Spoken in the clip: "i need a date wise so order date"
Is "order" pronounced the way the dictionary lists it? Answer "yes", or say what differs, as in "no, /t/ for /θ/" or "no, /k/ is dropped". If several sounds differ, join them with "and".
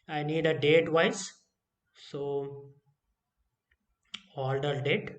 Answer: no, /l/ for /ɹ/